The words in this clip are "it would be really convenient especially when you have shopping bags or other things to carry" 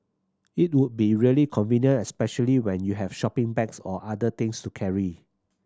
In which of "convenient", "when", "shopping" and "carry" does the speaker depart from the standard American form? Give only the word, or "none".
convenient